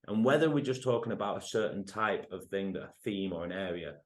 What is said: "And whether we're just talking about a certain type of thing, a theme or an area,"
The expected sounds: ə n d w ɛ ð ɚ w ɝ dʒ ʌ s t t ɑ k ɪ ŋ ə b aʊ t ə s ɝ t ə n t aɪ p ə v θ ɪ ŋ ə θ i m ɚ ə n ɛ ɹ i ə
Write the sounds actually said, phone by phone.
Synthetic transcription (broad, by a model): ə n w ɛ ð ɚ w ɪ dʒ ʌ s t t ɑ k ɪ ŋ ə b aʊ t ə s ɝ t n t aɪ p ə v θ ɪ ŋ ə θ i m ɚ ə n ɛ ɹ i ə